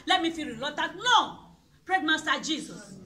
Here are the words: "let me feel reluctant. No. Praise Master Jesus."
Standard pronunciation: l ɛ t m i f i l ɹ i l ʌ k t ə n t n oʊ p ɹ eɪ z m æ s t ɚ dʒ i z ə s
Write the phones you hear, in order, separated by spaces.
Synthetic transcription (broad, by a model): l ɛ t m i f i ɹ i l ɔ t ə t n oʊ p ɹ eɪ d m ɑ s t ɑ dʒ i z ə s